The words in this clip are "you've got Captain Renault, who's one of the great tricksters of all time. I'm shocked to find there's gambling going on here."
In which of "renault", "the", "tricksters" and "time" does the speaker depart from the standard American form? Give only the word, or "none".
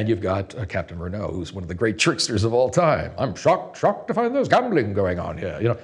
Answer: none